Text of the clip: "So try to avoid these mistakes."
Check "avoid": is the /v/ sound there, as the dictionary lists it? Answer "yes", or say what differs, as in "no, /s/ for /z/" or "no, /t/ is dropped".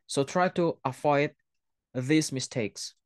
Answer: no, /f/ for /v/